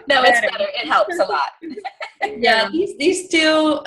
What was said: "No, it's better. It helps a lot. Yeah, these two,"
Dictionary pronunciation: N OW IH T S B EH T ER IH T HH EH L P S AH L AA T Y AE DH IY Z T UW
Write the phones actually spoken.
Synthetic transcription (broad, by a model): N OW IH T S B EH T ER IH T HH EH L P S AH L AA T Y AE DH IY Z T UW